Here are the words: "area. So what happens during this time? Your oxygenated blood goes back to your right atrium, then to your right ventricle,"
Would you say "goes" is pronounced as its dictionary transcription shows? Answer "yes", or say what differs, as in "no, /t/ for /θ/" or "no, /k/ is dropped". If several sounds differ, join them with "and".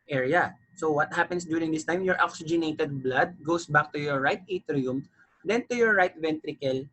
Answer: no, /s/ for /z/